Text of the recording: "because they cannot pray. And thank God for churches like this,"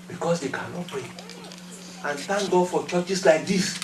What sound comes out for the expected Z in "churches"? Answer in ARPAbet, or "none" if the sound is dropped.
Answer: S